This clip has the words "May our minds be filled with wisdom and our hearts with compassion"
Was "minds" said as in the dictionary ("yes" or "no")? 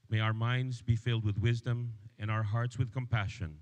yes